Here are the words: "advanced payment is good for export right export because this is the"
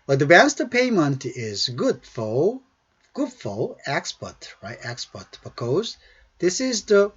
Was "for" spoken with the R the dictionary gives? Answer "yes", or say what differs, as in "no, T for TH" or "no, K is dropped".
no, L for R